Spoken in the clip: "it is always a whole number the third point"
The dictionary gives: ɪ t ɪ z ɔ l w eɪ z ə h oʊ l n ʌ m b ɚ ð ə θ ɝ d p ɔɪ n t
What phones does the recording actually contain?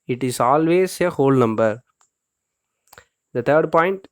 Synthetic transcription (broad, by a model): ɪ t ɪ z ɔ l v eɪ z ə h oʊ l n ʌ m b ɚ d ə t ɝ d p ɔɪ n t